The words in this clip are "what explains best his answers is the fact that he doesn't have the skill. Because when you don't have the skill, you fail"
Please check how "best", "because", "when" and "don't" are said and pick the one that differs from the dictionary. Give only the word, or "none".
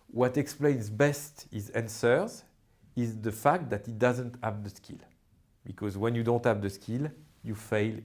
none